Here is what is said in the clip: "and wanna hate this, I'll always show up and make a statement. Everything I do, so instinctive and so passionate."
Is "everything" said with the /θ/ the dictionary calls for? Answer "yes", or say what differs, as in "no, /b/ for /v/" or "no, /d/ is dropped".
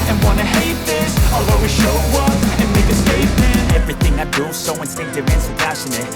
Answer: yes